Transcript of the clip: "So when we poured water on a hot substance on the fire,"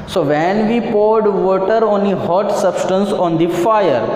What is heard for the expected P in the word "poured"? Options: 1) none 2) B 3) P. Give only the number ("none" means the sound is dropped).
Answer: 3